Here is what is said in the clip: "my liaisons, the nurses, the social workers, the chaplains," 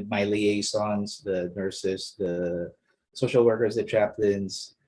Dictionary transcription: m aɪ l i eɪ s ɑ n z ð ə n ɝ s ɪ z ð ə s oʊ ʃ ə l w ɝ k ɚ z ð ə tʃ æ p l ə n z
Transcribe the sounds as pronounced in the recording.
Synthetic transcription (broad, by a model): m aɪ l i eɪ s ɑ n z ð ə n ɝ s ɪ s ð ə s oʊ ʃ l w ɝ k ɚ z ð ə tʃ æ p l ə n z